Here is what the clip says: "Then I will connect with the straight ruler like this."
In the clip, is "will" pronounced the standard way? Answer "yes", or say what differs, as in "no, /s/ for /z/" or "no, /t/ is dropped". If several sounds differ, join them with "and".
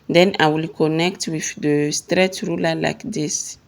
yes